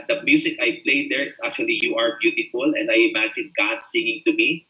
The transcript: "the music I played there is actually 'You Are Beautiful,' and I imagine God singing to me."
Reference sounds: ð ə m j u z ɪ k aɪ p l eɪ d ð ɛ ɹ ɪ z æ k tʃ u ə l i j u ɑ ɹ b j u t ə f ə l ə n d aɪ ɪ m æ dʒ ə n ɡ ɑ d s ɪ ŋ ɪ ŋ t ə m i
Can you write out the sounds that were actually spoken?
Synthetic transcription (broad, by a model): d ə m j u s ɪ k aɪ p l eɪ d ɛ ɹ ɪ s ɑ k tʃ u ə l i j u ɑ ɹ b j u t ə f ə l ə n d aɪ ɪ m æ dʒ ə n ɡ ɑ d s ɪ ŋ ɪ ŋ t ə m i